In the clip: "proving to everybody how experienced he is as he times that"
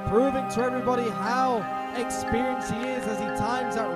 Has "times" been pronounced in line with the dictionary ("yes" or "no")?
yes